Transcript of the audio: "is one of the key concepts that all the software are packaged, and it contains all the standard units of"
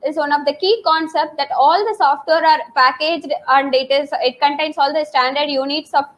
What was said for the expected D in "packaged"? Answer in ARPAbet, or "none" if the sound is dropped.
D